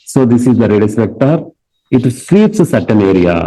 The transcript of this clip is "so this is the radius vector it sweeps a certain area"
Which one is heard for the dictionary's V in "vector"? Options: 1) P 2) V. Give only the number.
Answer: 1